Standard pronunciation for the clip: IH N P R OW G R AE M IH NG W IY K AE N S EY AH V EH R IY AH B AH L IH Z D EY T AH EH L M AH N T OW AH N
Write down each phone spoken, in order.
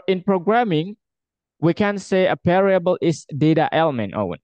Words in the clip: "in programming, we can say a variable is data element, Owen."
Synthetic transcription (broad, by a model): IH N P R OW G R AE M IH NG W IY K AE N S EY AH P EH R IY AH B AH L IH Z D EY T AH EH L M AH N T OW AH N